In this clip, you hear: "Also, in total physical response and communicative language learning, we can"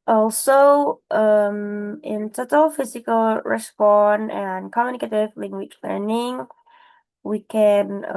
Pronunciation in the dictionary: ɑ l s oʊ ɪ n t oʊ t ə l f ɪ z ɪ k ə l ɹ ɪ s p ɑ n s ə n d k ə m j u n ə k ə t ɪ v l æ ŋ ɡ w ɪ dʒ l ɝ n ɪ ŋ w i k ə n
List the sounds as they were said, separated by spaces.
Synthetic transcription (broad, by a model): ɑ l s oʊ ɪ n t oʊ t ə l f ɪ z ɪ k ə l ɹ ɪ s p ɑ n ə n k ə m j u n ə k ə t ɪ v l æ ŋ ɡ w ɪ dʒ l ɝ n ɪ ŋ w i k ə n